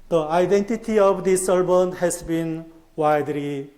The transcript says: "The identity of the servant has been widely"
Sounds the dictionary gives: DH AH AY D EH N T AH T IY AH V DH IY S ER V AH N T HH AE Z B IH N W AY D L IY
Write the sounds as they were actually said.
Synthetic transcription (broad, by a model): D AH AY D EH N T AH T IY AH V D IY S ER B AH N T HH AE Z B IH N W AY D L IY